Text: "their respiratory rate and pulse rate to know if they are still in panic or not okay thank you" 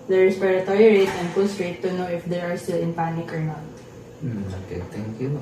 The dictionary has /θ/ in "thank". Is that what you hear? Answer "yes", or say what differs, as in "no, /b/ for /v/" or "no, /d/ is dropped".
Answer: no, /t/ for /θ/